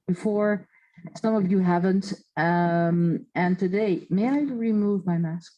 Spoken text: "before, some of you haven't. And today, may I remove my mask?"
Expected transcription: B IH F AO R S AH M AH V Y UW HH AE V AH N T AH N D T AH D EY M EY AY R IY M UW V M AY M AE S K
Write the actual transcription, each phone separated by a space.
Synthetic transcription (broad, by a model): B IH F AO R S AH M AH V Y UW HH AE V AH N T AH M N T AH D EY M EY AY R IY M UW V M AY M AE S K